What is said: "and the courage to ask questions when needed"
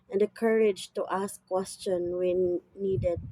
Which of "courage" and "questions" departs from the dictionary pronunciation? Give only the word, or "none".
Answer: questions